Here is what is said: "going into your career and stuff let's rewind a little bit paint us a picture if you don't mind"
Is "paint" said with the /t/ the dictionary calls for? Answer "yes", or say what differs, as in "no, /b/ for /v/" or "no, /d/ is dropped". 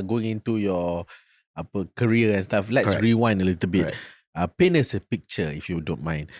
no, /t/ is dropped